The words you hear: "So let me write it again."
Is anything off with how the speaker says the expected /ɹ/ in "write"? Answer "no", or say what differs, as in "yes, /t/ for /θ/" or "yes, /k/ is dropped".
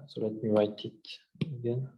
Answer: yes, /w/ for /ɹ/